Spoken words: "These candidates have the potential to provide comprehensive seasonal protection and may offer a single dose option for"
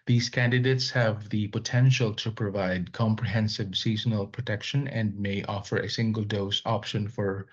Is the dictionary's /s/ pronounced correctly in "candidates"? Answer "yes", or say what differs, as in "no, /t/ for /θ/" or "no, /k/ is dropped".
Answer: yes